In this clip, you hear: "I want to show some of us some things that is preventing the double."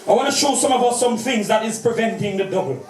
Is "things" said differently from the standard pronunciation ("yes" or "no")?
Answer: no